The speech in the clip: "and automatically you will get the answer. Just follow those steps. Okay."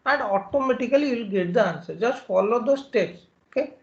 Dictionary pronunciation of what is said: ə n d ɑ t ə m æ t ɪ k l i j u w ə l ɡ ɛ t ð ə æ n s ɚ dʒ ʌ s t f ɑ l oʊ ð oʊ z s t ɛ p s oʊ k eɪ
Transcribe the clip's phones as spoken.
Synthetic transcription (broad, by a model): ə n d ɑ t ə m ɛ t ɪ k i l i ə l ɡ ɛ t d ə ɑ n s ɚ dʒ ʌ s t f ɑ l oʊ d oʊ s t ɛ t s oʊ k eɪ